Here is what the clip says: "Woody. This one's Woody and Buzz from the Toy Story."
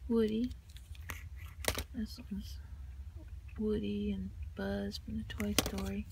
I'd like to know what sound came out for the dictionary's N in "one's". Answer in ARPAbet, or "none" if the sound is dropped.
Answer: none